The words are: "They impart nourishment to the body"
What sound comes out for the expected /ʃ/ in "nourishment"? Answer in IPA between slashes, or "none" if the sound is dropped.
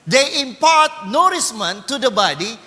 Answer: /s/